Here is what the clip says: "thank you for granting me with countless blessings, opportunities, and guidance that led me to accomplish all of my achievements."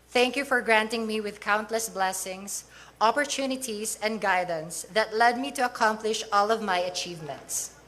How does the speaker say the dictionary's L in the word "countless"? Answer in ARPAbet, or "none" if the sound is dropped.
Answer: L